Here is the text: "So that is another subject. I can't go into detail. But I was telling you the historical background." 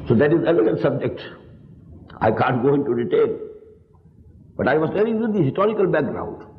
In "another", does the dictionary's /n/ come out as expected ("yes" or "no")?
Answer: no